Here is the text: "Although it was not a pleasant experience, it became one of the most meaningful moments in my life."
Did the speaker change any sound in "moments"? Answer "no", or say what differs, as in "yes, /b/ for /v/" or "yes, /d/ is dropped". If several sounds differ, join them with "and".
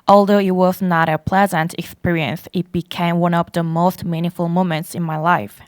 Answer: no